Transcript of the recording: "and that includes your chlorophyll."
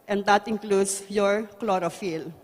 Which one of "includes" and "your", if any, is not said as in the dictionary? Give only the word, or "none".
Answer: includes